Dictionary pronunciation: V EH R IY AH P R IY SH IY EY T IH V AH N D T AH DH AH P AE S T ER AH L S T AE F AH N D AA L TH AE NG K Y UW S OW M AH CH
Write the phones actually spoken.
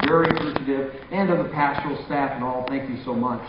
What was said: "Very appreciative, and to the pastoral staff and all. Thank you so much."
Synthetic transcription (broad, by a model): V EH R IY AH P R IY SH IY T IH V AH N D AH DH AH P AE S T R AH L S T AE F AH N AA L TH AE NG K Y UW S OW M AH CH